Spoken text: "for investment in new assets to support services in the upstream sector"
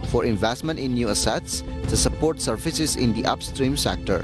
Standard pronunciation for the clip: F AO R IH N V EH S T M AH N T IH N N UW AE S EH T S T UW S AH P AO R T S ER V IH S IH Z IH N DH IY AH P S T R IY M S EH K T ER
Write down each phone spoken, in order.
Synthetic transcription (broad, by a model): F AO R IH N V EH S T M AH N T IH N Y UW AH S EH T S T UW S AH P AO R T S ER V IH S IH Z IH N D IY AH P S T R IY M S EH K T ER